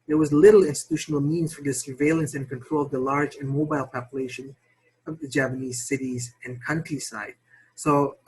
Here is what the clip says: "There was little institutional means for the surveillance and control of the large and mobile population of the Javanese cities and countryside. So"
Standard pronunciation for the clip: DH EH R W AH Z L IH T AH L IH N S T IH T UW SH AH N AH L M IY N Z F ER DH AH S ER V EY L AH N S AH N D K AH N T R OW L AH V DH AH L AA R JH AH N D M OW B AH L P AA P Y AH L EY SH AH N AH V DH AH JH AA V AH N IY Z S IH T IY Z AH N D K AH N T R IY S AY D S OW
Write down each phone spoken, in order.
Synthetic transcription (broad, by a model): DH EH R W AH Z L IH T L IH N S T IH T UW SH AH N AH L M IY N Z F ER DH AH S ER V EY L AH N S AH N K AH N T R OW L AH V DH AH L AA R JH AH N M OW B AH L P AA P Y AH L EY SH AH N AH V DH AH JH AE P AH N IY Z S IH T IY Z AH N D K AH N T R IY S AY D S OW